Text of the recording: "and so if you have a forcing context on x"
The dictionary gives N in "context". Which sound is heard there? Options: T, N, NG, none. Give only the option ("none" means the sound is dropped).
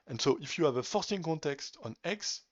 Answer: N